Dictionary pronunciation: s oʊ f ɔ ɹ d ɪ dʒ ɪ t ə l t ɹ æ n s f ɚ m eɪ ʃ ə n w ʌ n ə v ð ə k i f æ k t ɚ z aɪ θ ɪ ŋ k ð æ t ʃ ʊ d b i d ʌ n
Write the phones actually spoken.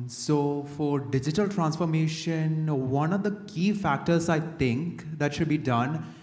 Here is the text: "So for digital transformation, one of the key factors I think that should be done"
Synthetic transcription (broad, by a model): s oʊ f ɔ ɹ d ɪ dʒ ɪ t ə l t ɹ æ n s f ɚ m eɪ ʃ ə n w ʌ n ə v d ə k i f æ k t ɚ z aɪ t ɪ ŋ k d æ t ʃ ʊ d b i d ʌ n